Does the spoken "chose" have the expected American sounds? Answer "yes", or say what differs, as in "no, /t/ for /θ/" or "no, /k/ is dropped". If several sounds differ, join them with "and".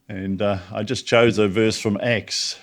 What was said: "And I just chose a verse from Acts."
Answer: yes